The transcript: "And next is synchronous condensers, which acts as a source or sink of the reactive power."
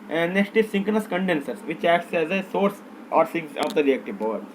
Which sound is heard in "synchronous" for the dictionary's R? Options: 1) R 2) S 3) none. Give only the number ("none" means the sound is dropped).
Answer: 3